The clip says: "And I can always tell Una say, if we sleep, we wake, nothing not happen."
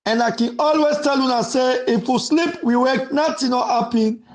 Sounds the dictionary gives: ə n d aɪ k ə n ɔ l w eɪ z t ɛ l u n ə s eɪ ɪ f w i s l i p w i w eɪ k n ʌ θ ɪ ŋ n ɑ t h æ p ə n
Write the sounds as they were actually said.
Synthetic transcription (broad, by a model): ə n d aɪ k ə n ɔ l w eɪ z t ɛ l u n ə s eɪ ɪ f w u s l i p w i w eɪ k n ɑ t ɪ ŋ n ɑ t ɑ p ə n